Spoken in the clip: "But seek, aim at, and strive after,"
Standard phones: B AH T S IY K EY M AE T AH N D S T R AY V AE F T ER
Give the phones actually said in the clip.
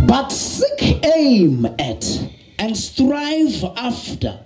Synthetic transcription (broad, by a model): B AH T S IY K EY M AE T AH N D S T R AY V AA F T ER